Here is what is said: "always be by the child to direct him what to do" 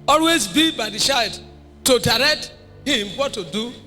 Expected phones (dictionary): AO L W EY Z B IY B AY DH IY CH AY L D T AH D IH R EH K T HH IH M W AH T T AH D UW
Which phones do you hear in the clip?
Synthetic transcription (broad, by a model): AO L W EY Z B IY B AY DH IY SH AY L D T AH D IH R EH K T HH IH M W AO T T AH D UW